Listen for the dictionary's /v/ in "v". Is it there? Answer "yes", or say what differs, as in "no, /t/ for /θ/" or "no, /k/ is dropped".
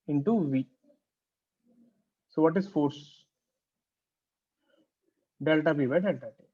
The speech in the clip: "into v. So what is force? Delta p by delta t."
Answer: yes